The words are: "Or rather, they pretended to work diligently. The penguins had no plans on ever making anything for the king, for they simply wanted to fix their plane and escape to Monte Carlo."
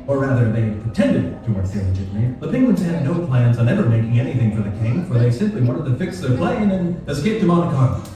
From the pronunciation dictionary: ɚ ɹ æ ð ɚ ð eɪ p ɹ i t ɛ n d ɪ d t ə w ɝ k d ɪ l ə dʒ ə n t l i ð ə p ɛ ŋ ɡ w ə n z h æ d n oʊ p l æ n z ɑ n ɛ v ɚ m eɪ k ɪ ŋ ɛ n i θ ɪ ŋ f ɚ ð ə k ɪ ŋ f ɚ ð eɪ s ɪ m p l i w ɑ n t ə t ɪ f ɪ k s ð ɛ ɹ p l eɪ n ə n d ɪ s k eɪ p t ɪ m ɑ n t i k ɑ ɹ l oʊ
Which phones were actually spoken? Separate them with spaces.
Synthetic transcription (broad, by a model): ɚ ɹ æ ð ɚ ð eɪ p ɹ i t ɛ n d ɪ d t ə w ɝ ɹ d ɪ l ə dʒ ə t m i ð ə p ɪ ŋ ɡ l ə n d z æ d n oʊ p l æ n z n ɛ v ɚ m eɪ k ɪ ŋ ɛ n i θ ɪ ŋ f ɚ ð ə k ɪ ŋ f ɚ ð eɪ s ɪ m p l i w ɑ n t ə t ɪ f ɪ k s ð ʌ ɹ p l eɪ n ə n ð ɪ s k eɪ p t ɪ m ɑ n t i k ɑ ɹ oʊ